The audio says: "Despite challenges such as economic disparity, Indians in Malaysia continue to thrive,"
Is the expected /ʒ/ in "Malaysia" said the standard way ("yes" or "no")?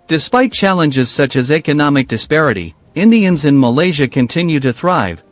yes